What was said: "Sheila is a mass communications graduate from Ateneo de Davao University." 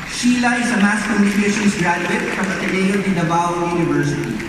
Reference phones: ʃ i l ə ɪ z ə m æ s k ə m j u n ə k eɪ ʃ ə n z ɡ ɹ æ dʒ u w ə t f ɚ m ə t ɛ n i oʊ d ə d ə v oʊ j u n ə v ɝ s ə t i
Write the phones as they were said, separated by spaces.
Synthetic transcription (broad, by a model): ʃ i l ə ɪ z ə m æ s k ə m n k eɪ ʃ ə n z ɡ ɹ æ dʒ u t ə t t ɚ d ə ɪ i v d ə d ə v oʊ j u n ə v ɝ s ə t i